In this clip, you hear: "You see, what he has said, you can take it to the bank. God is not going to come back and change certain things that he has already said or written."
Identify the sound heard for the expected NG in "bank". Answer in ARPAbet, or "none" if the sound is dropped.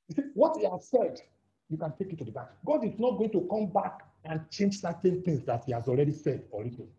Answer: none